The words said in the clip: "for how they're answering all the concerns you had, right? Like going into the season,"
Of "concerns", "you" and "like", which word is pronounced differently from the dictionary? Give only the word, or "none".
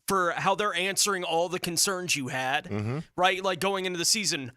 none